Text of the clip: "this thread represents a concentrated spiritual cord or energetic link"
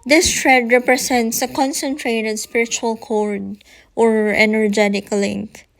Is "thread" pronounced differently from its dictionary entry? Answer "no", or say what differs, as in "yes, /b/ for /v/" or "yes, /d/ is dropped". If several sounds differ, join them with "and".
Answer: yes, /t/ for /θ/